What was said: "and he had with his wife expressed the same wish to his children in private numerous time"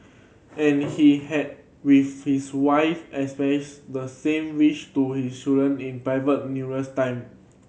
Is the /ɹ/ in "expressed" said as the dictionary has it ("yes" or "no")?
no